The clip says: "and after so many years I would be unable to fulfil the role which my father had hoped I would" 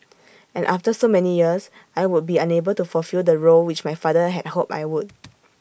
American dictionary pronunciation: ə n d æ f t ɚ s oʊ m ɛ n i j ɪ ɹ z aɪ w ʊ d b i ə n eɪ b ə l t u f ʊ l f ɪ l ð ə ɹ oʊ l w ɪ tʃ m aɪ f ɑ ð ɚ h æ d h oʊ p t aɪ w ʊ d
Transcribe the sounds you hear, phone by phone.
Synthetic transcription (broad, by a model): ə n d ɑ f t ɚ s oʊ m ɛ n i j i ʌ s aɪ w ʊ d b i ə n eɪ b ə l t u f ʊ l f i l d ə ɹ oʊ l w ɪ tʃ m aɪ f ɑ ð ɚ h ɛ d h oʊ p aɪ w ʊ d